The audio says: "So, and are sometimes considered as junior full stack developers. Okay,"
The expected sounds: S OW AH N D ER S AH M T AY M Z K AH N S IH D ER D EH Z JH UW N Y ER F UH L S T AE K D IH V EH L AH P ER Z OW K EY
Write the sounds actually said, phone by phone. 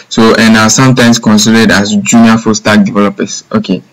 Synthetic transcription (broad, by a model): S OW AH N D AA S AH M T AY M S K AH N S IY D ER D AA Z JH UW N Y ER F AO S T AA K D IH V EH L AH P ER S OW K EY